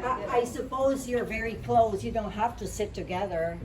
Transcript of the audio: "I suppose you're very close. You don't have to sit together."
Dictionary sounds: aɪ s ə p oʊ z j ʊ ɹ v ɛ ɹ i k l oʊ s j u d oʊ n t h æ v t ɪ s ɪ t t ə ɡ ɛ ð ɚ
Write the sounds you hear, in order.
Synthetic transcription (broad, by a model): aɪ s ə p oʊ z j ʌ ɹ v ɛ ɹ i k l oʊ s j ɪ d oʊ n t h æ f t ɪ s ɪ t t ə ɡ ɛ ð ɚ